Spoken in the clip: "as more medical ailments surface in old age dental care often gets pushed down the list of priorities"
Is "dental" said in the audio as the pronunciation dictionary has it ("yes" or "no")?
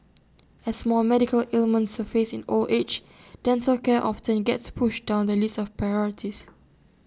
no